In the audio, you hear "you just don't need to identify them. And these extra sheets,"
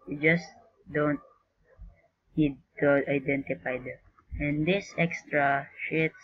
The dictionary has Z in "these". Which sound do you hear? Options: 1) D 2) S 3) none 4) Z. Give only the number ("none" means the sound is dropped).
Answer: 2